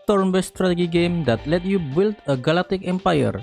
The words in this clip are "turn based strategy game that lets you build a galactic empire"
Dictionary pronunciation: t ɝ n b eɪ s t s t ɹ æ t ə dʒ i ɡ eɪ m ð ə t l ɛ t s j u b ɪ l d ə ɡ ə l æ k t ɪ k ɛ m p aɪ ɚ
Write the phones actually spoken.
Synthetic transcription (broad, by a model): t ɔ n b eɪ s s t ɹ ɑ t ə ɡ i ɡ eɪ m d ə t l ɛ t j u b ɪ l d ə ɡ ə l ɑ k t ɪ k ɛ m p aɪ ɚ